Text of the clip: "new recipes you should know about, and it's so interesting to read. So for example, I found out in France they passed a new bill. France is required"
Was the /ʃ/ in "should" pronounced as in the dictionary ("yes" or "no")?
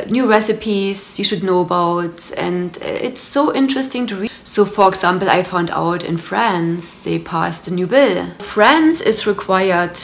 yes